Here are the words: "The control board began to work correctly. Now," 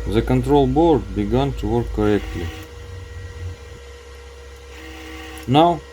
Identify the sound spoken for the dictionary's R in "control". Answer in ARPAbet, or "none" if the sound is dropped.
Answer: R